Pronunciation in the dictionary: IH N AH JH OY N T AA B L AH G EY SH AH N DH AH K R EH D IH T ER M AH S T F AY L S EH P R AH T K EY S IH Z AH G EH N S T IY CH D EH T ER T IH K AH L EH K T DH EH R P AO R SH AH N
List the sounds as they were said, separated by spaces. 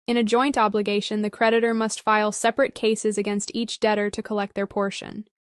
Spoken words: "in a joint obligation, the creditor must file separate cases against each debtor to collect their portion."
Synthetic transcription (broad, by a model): IH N AH JH OY N T AA B L AH G EY SH AH N DH AH K R EH D IH T ER M AH S T F AY L S EH P R AH T K EY S IH Z AH G EH N S T IY CH D EH T ER T IH K AH L EH K T DH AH R P AO R SH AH N